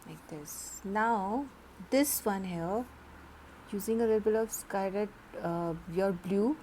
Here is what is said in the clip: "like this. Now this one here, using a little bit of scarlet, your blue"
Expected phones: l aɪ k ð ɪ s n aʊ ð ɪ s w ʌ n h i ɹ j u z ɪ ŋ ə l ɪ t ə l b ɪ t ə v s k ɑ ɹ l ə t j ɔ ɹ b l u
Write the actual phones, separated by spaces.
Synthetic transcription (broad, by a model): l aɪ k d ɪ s n aʊ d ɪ s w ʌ n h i j u z ɪ ŋ ə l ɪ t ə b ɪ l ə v s k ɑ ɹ ə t j ɔ ɹ b l u